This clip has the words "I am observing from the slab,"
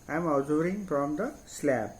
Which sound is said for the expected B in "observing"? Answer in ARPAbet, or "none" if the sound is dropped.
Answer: none